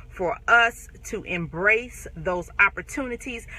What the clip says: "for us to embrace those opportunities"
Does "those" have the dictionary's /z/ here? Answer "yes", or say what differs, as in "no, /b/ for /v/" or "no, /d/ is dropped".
yes